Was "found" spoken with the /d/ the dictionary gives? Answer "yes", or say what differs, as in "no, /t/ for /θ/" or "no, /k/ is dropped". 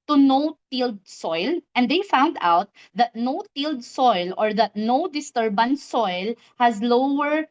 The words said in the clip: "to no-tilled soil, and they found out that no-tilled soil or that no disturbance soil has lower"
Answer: yes